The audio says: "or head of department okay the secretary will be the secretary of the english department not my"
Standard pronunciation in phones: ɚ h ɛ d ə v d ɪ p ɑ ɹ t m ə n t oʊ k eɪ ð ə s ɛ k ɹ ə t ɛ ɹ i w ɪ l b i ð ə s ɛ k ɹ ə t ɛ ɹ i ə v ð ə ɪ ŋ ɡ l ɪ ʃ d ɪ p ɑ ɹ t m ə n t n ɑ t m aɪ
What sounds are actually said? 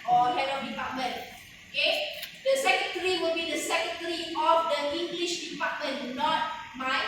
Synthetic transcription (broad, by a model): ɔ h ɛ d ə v d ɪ p ɑ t m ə n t oʊ k eɪ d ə s ɛ k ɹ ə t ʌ ɹ i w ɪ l b i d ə s ɛ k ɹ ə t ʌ ɹ i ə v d ə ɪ ŋ ɡ l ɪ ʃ d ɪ p ɑ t m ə n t n ɑ t m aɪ